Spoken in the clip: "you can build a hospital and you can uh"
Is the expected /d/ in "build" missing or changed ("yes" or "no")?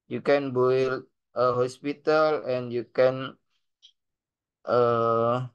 yes